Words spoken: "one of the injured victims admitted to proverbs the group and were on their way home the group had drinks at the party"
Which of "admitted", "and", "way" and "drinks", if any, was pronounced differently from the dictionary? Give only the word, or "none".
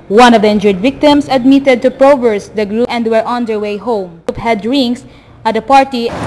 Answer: drinks